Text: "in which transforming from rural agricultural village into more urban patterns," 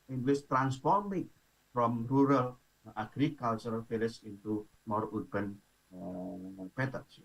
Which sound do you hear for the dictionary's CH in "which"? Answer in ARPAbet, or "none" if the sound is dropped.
S